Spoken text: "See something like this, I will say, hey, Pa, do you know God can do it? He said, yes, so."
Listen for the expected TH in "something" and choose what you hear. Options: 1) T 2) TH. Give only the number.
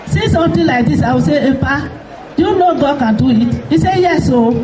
1